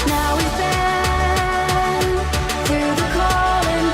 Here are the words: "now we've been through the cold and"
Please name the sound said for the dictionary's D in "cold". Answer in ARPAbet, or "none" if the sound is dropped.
none